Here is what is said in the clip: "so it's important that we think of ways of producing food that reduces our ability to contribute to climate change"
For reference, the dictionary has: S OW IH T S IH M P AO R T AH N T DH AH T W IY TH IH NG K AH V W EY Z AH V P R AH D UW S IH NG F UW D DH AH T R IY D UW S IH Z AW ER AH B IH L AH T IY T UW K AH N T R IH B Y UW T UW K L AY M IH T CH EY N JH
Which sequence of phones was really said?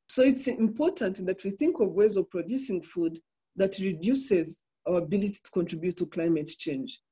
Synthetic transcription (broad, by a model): S OW IH T S IH M P AO R T AH N T DH AH T W IY TH IH NG K AH V W EY Z AH V P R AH D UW S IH NG F UW D DH AH T R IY D UW S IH Z AW ER AH B IH L AH T IY T UW K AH N T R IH B Y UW T UW K L AY M IH T CH EY N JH